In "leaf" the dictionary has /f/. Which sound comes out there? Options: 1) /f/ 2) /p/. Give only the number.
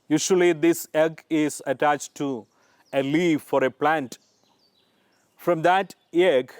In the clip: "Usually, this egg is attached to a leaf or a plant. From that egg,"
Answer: 1